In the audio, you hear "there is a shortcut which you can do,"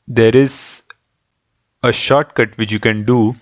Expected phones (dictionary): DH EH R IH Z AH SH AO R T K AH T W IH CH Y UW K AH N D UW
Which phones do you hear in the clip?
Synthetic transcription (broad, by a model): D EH R IH Z AH SH AO R T K AH T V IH CH Y UW K AH N D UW